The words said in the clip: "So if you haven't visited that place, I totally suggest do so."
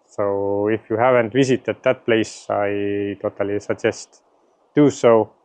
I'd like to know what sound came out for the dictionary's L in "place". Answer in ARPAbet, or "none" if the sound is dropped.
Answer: L